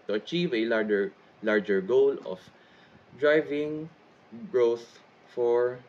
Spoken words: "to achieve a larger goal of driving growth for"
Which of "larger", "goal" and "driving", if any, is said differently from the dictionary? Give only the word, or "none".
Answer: none